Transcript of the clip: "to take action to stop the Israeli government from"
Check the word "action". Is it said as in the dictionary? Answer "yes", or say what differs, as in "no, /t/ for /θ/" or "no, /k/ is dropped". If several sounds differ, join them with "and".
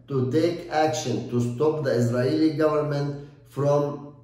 yes